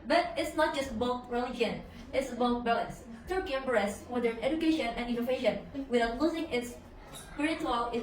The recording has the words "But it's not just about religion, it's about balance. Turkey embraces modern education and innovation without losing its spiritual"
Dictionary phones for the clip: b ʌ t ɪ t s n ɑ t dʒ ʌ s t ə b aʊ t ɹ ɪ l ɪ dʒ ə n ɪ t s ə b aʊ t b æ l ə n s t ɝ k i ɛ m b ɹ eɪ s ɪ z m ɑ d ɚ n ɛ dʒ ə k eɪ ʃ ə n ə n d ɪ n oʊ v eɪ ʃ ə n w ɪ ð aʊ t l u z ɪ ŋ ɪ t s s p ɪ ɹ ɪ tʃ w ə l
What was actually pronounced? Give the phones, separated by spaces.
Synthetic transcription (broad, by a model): b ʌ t ɪ t s n ɑ t dʒ ʌ s t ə b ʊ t ɹ ɪ l ɪ dʒ ə n ɪ t s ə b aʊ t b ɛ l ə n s t ɝ k i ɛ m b eɪ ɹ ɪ s m ɑ d ɚ n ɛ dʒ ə k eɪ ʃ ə n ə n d ɪ n oʊ v eɪ ʃ ə n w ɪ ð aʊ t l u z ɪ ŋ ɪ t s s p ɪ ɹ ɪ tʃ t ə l